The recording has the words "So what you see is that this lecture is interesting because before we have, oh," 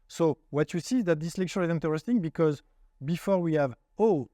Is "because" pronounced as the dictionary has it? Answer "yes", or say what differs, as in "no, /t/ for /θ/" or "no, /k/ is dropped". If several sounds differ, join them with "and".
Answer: yes